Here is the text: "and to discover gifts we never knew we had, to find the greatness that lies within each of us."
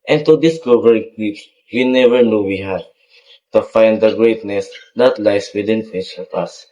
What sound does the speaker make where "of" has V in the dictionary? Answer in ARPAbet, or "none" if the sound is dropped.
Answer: P